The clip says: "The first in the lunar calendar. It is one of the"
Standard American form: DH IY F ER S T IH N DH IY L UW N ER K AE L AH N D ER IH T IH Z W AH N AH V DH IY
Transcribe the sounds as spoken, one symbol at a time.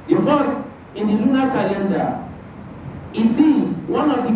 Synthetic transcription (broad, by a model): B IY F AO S IH N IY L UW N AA K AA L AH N D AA IH T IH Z W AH N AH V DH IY